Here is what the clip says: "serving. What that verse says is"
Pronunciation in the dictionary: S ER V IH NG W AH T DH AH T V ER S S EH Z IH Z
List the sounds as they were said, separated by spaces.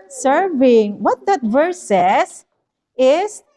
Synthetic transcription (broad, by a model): S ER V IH NG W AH T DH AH T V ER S S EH S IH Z